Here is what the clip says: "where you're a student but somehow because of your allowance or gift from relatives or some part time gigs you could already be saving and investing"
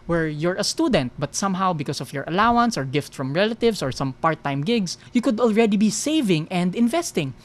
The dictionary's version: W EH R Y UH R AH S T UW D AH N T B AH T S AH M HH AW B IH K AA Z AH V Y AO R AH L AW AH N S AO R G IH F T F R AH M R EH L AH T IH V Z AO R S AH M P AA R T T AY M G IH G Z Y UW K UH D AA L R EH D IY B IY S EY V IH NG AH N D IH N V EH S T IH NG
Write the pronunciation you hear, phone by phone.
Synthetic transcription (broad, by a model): W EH R Y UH R AH S T UW D AH N T B AH T S AH M HH AW B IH K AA S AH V Y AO R AH L AW AH N S AO R G IH F T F R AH M R EH L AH T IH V S AO R S AH M P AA R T T AY M G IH G S Y UW K UH D AA L R EH D IY B IY S EY V IH NG AH N D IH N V EH S T IH NG